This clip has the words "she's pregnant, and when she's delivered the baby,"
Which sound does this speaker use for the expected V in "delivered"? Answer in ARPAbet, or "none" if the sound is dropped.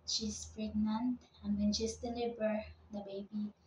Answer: B